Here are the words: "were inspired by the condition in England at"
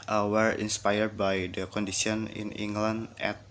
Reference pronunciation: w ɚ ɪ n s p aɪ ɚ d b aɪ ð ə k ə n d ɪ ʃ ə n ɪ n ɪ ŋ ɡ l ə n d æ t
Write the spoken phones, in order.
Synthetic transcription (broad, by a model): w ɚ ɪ n s p aɪ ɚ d b aɪ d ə k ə n d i s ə n ɪ n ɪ ŋ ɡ l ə n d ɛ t